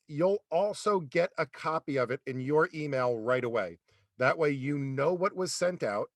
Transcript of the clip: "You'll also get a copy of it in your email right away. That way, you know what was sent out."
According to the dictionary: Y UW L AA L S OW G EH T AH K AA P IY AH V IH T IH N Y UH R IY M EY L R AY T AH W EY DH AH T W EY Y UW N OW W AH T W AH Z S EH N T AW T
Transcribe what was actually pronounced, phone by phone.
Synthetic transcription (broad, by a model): Y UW L AA L S OW G EH T AH K AA P IY AH V IH T IH N Y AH R IY M EY L R AY T AH W EY DH AH T W EY Y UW N OW W AH T W AH Z S EH N T AW T